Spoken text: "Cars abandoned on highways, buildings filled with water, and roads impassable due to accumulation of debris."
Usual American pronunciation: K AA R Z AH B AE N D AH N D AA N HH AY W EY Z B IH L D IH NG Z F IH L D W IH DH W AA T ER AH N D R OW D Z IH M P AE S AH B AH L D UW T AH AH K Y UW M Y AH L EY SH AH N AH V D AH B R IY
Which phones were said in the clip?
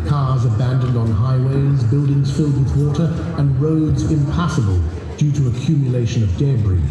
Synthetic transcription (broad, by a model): K AA R Z AH B AE N D AH N D N HH AY W EY Z B IH L D IH NG Z F IH L D W IH DH W AA T ER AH N R OW D Z IH M P AE S AH B AH L D UW T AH AH K Y UW M Y AH L EY SH AH N AH V D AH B R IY